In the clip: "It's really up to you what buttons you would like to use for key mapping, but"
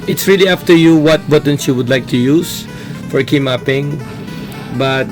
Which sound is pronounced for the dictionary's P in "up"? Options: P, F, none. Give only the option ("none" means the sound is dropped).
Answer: F